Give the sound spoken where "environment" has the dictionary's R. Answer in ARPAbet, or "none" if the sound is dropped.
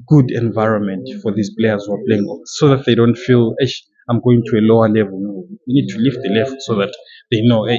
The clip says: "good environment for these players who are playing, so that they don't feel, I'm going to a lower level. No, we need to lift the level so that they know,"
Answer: R